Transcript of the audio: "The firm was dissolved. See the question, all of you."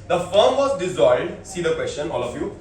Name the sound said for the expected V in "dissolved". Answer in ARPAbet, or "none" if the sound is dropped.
none